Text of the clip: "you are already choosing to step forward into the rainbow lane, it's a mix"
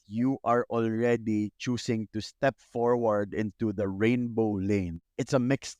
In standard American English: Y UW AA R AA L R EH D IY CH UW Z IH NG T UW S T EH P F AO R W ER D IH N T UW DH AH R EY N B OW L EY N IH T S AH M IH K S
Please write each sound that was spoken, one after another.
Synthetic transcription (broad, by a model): Y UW AA R AA L R EH D IY CH UW S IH NG T UW S T EH P F AO R W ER D IH N T UW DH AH R EY N B OW L EY N IH T S AH M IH K S